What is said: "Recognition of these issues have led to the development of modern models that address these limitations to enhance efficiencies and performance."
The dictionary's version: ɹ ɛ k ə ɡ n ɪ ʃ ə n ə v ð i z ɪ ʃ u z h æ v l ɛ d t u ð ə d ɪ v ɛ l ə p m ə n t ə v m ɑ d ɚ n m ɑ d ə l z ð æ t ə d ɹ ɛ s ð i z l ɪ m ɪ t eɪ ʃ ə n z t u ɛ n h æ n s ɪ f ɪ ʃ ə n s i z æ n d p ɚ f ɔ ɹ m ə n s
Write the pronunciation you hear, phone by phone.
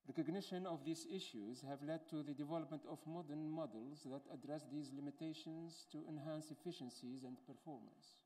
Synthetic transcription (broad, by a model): ɹ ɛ k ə ɡ n ɪ ʃ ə n ə v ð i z ɪ ʃ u z h æ v l ɛ d t u ð ə d ɪ v ɛ l ə p m ə n t ə v m ɑ d ɚ n m ɑ d ə l z ð æ t ə d ɹ ɛ s ð i z l ɪ m ɪ t eɪ ʃ ə n z t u ɛ n h æ n s ɪ f ɪ ʃ ə n s i z æ n d p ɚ f ɔ ɹ m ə n s